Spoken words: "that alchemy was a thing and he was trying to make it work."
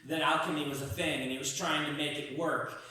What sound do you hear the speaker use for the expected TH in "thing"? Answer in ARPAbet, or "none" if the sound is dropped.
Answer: TH